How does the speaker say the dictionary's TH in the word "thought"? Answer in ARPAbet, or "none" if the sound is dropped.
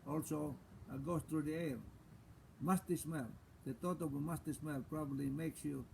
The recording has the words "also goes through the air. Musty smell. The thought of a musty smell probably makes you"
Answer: T